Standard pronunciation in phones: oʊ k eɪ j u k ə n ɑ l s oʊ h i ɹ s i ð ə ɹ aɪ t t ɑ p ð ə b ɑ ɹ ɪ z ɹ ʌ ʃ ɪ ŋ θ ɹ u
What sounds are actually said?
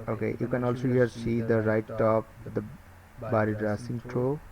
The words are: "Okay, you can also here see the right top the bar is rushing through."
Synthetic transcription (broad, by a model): oʊ k eɪ j u k ə n ɑ l s oʊ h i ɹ s i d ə ɹ aɪ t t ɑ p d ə b ɑ ɹ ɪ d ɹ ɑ s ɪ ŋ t ɹ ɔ